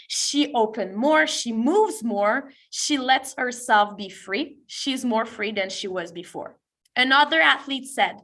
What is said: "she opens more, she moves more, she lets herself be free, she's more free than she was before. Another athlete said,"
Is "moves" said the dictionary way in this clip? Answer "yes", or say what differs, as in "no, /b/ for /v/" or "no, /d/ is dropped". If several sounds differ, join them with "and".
yes